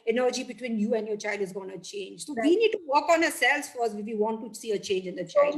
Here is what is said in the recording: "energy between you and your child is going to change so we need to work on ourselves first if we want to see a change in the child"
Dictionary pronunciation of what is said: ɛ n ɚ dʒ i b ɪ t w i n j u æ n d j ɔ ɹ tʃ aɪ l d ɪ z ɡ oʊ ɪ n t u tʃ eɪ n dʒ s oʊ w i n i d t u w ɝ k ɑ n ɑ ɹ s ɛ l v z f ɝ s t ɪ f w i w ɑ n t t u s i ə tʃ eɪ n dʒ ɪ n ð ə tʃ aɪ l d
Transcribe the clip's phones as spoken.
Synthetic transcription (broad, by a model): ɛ n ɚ dʒ i b ɪ t w i n j u æ n d j ɔ ɹ tʃ aɪ l d ɪ z ɡ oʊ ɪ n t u tʃ eɪ n dʒ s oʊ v i n i d t u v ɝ k ɑ n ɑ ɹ s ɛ l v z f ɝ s ɪ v i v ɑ n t t u s i ə tʃ eɪ n dʒ ɪ n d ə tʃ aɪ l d